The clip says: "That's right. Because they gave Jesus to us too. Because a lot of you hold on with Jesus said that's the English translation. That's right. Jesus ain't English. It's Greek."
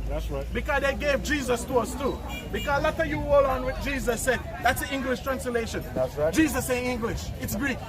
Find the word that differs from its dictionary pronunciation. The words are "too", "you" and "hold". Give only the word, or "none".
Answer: hold